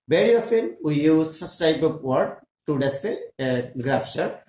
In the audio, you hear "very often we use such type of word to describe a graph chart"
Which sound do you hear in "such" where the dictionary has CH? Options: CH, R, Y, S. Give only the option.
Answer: S